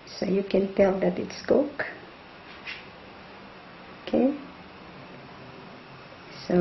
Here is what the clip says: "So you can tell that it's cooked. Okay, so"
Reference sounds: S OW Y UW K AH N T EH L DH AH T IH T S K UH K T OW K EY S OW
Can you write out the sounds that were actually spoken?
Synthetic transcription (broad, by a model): S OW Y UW K AH N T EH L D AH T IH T S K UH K OW K EY S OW